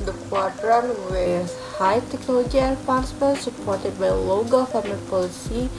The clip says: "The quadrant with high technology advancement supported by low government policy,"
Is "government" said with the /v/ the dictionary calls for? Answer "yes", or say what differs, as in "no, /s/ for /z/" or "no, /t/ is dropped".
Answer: no, /f/ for /v/